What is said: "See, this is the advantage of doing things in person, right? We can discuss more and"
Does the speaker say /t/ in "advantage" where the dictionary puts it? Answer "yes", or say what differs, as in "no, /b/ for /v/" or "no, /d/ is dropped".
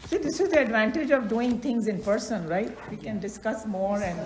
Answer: yes